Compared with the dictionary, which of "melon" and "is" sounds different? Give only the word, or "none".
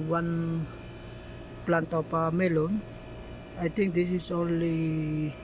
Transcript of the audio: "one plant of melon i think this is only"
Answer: is